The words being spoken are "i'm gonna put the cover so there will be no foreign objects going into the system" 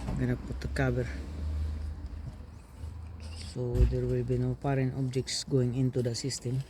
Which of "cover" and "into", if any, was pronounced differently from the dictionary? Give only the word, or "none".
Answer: cover